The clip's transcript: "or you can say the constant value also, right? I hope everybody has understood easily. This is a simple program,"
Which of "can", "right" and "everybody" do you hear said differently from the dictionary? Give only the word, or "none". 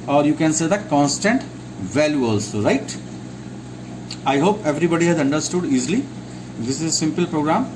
none